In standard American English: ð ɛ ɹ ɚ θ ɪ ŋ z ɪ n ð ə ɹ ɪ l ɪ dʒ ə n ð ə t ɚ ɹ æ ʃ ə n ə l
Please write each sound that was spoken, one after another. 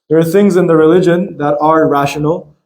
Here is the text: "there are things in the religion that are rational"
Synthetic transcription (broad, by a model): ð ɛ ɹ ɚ θ ɪ ŋ z ɪ n ð ə ɹ ɪ l ɪ dʒ ə n ð ə t ɚ ɹ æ ʃ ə n l